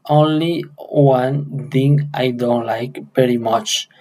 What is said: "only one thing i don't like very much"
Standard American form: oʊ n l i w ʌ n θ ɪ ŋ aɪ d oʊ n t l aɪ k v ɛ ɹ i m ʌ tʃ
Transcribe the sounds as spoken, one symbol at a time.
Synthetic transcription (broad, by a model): oʊ n l i w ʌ n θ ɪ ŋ aɪ d oʊ n t l aɪ k p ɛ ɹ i m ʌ tʃ